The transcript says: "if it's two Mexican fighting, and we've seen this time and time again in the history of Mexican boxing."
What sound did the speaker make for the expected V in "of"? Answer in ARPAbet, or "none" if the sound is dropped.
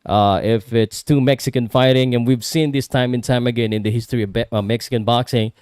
B